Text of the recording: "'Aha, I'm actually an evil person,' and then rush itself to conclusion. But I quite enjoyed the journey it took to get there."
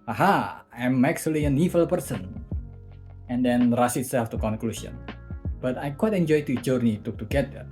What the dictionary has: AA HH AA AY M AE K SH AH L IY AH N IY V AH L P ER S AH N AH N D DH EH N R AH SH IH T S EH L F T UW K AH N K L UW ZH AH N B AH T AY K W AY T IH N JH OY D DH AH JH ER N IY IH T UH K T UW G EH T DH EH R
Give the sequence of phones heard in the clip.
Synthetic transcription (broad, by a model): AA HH AA AY M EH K S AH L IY AH N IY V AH L P ER S AH N AH N D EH N R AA S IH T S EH F T UW K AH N K L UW S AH N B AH T AY K W AY T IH N JH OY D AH JH ER N IY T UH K T UW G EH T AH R